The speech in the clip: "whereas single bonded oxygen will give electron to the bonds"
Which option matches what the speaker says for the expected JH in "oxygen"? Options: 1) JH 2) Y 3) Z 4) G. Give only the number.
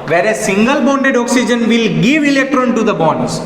1